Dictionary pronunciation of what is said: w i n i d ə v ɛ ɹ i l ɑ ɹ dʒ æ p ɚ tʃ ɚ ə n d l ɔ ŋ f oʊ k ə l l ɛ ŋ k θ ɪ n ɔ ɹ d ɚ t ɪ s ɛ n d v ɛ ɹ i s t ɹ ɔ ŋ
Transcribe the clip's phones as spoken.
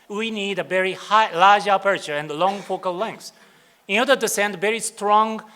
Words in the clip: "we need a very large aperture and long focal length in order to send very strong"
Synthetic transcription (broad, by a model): w i n i d ə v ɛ ɹ i l ɑ ɹ dʒ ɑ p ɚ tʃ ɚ ə n d l ɔ ŋ f oʊ k ə l l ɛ ŋ k s ɪ n ɔ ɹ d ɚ t ɪ s ɛ n d v ɛ ɹ i s t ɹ ɔ ŋ